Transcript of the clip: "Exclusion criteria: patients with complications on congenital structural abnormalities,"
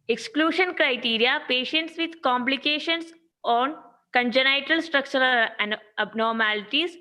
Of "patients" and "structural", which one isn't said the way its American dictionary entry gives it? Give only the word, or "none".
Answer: none